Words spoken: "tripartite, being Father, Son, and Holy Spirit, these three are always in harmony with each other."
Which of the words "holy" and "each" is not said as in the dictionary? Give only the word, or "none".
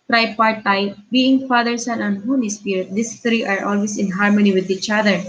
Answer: holy